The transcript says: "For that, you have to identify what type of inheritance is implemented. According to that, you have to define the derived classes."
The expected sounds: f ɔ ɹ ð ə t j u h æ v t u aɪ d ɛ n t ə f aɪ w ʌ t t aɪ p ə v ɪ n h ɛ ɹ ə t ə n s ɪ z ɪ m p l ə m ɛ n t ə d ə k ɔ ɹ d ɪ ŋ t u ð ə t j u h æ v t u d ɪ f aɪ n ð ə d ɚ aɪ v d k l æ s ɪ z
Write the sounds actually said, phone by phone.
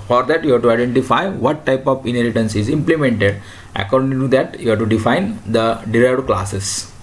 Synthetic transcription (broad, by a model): f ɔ ɹ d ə t j u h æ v t u aɪ d ɛ n t ə f aɪ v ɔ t t aɪ p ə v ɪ n h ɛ l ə t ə n s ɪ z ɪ m p l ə m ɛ n t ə d ə k ɔ ɹ d ɪ ŋ t u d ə t j u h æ t u d ɪ f aɪ n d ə d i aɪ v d k l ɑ s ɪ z